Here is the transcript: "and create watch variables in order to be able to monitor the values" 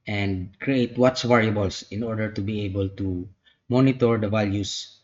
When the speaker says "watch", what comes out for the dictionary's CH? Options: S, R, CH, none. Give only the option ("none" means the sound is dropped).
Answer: S